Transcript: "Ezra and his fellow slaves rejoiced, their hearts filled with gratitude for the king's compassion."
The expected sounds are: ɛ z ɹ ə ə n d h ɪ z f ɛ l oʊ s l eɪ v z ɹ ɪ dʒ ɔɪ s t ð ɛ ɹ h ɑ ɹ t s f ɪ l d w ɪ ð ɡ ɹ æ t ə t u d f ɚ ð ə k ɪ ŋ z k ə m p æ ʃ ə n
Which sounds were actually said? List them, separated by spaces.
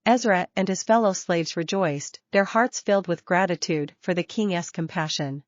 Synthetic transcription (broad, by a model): ɛ z ɹ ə ə n d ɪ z f ɛ l oʊ s l eɪ v z ɹ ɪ dʒ ɔɪ s ð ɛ ɹ h ɑ ɹ t s f ɪ l d w ɪ ð ɡ ɹ æ t ə t u d f ɚ ð ə k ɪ ŋ s k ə m p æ ʃ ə n